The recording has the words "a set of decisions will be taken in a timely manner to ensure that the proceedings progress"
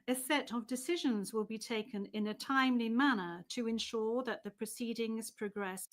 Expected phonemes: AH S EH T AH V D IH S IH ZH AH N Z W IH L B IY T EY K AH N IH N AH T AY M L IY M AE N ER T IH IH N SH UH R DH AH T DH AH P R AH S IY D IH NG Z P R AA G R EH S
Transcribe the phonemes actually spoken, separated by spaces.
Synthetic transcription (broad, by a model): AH S EH T AH V D IH S IH ZH AH N Z W IH L B IY T EY K AH N IH N AH T AY M L IY M AE N ER T IH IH N SH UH R DH AH T DH AH P R AH S IY D IH NG Z P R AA G R EH S